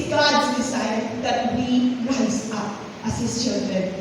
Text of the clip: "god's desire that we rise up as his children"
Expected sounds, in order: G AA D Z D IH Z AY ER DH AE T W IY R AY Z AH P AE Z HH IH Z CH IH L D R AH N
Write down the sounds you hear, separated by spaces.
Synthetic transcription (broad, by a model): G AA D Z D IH S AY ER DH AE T W IY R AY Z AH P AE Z HH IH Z CH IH L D R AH N